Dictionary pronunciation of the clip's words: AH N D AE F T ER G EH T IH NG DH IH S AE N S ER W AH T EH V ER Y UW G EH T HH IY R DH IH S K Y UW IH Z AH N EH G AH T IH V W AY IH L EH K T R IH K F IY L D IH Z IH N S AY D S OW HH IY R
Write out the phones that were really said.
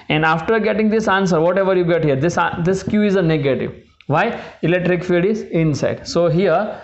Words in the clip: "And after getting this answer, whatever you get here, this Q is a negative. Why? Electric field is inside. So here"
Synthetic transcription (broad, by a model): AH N D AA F T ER G EH T IH NG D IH S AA N S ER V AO T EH V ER Y UW G EH T HH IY R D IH S K Y UW IH Z AH N EH G AH T IH V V AY IH L EH K T R IH K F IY D IH Z IH N S AY D S OW HH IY R